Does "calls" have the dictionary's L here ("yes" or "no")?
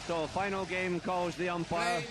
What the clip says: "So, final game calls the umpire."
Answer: yes